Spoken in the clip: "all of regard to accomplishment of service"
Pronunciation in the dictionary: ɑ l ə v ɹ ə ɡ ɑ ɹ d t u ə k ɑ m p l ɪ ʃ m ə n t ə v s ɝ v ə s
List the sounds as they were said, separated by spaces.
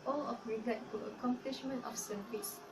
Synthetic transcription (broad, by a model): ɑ l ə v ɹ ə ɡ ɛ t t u ə k ɑ m p l ɪ ʃ m ə n t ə f s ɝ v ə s